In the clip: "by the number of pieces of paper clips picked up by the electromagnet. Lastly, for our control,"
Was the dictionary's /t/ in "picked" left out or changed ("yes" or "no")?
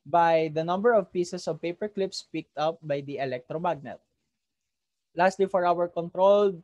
no